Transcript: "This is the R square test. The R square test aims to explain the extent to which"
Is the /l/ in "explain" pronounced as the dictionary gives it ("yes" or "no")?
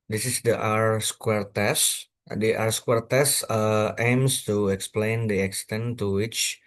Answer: yes